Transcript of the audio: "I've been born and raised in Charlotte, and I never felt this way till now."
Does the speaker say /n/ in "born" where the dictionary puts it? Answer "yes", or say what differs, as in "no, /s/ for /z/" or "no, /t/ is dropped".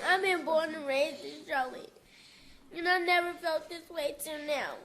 yes